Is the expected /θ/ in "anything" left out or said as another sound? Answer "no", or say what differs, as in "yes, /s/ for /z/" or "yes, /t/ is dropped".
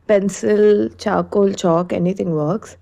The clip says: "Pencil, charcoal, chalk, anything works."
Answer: yes, /t/ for /θ/